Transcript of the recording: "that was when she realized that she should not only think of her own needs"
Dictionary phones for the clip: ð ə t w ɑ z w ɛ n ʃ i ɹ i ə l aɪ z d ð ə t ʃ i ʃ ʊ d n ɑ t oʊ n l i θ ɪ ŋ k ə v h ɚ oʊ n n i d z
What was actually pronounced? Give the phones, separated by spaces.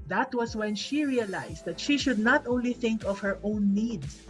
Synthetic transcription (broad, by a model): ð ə t w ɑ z w ɛ n ʃ i ɹ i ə l aɪ s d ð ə t ʃ i ʃ ʊ d n ɑ t oʊ n l i θ ɪ ŋ k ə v h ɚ oʊ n n i d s